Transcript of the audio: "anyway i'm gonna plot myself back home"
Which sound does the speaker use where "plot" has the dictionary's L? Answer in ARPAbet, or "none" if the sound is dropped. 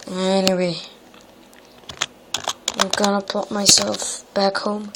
none